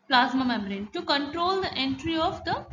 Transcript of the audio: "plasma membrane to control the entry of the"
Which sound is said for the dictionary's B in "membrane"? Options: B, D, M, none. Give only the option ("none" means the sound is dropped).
none